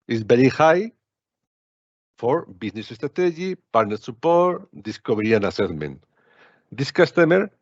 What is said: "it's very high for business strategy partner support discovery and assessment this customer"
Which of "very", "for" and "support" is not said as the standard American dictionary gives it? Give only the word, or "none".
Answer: very